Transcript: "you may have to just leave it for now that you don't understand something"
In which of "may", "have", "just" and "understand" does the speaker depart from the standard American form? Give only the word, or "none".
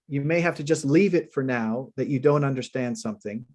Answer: have